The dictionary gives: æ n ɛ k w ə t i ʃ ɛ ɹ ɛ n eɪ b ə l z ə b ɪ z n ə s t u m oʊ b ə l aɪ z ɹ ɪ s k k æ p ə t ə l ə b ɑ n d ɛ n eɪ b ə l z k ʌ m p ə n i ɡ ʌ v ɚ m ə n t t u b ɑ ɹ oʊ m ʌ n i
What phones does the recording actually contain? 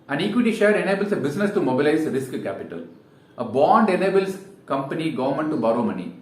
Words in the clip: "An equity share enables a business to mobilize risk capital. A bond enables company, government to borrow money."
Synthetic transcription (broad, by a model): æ n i k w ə t i ʃ ɛ ɹ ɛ n eɪ b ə l s ə b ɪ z n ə s t u m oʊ b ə l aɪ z ɹ ɪ s k k æ p ə t ə l ə b ɑ n d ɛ n eɪ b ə l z k ʌ m p ə n i ɡ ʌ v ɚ m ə n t t u b ɑ ɹ oʊ m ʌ n i